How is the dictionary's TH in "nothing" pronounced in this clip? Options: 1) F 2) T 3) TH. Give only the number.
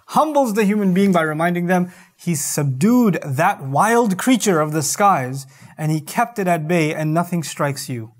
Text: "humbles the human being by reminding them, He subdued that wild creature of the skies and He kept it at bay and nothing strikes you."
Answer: 3